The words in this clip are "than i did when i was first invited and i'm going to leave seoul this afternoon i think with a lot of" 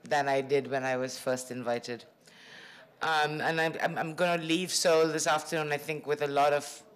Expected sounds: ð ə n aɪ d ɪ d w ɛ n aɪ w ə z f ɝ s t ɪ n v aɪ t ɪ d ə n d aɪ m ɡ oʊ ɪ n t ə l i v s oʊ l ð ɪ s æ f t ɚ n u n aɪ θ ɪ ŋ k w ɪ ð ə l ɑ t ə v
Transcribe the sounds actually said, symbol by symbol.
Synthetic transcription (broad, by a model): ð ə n aɪ d ɪ d w ɛ n aɪ w ə z f ɝ s t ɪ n v aɪ t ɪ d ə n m aɪ m ɡ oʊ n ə l i v s oʊ l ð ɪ s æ f t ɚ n u n aɪ θ ɪ ŋ k w ɪ ð ə l ɑ t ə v